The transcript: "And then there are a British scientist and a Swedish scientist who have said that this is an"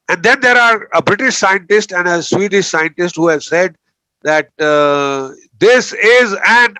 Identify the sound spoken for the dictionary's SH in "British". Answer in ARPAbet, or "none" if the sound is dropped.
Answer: SH